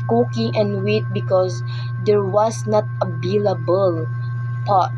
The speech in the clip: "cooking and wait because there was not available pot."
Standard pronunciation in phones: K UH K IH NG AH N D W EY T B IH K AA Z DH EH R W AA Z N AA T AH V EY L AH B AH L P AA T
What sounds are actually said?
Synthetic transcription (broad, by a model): K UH K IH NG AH N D W EY T B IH K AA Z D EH R W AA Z N AA T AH B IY L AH B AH L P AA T